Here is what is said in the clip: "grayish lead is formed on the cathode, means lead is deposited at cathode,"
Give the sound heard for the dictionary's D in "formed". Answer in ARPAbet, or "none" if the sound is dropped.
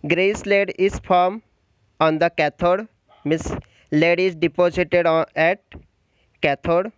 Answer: none